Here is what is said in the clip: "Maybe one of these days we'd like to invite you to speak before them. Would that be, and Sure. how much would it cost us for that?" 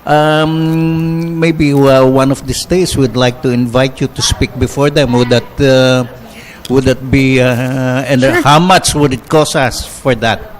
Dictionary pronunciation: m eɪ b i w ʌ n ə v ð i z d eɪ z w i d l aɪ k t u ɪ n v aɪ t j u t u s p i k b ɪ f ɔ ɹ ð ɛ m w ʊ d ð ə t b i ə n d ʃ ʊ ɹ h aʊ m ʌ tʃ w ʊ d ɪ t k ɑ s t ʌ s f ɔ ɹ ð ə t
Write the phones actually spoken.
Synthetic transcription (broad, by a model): m eɪ b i w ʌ n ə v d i s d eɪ s w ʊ d l aɪ k t u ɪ n v aɪ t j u t u s p i k b ɪ f ɔ ɹ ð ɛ m w ʊ d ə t b i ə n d h aʊ m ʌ tʃ w ʊ d ɪ t k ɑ s ʌ s f ɔ ɹ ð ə t